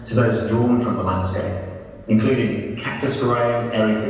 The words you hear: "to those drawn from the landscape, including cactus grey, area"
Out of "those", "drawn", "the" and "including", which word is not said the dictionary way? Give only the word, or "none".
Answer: none